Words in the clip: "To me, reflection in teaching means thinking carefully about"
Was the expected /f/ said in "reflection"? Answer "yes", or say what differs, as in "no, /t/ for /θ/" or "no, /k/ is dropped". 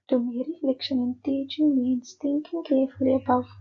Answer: no, /f/ is dropped